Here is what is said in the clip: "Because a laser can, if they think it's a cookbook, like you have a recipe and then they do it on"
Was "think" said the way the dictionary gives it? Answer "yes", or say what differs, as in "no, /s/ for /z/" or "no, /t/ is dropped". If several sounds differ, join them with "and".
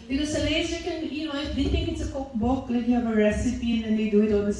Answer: no, /t/ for /θ/